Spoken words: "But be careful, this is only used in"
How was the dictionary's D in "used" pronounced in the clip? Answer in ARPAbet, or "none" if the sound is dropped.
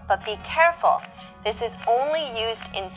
D